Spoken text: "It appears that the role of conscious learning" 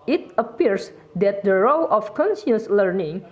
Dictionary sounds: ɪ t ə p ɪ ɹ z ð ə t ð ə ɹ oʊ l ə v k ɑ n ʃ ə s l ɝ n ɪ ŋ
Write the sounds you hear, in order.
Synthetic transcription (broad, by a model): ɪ t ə p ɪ ɹ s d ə t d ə ɹ oʊ l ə f k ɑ n s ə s l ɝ n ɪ ŋ